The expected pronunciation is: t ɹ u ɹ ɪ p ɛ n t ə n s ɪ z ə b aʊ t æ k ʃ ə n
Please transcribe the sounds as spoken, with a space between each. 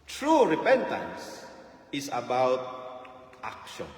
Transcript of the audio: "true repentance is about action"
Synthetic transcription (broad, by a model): t ɹ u ɹ ɪ p ɛ n t ə n s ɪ s ə b aʊ t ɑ k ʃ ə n